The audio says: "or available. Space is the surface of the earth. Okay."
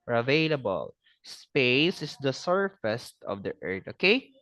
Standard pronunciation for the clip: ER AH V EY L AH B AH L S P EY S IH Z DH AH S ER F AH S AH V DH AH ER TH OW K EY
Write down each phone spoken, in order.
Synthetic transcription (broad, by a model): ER AH V EY L AH B AH L S P EY S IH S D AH S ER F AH S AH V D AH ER T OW K EY